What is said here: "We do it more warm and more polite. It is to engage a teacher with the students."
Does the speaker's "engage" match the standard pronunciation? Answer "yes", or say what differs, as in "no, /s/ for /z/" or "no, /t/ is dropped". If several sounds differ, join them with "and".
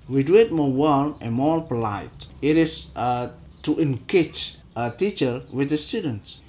no, /tʃ/ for /dʒ/